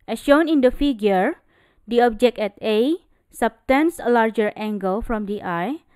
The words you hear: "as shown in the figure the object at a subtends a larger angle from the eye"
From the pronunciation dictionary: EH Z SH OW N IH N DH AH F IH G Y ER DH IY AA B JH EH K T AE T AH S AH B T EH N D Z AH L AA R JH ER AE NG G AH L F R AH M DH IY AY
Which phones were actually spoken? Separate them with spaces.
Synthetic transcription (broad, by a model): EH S SH OW N IH N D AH F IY G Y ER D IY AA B JH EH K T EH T AH S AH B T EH N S AH L AA R JH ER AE NG G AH L F R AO M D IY AY